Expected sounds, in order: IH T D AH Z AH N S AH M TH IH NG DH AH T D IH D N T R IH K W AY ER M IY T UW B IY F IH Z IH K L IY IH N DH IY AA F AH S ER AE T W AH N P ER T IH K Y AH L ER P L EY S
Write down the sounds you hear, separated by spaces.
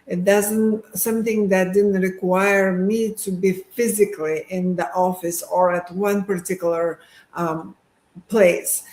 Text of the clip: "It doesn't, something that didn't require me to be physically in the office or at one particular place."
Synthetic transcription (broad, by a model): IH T D AH Z AH N S AH M TH IH NG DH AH T D IH D N T R IH K W AY ER M IY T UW B IY F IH Z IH K L IY IH N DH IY AA F AH S ER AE T W AH N P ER T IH K Y L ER P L EY S